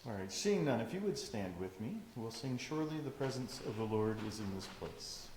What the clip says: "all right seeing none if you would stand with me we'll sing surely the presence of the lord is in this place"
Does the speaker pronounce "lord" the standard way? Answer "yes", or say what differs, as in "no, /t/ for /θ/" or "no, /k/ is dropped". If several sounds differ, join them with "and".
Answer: yes